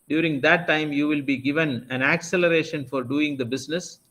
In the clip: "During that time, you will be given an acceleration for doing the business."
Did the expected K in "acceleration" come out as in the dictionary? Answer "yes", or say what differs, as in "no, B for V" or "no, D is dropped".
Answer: yes